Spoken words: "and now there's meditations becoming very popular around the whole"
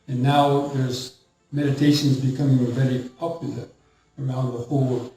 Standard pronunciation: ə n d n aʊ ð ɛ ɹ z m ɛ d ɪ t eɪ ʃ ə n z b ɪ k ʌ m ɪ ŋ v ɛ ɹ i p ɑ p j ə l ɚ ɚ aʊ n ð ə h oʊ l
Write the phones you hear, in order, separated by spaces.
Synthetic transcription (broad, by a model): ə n n aʊ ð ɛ ɹ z m ɛ d ɪ t eɪ ʃ ə n z b ɪ k ʌ m ɪ ŋ v ɛ ɹ i p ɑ p j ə l ɚ ɚ aʊ n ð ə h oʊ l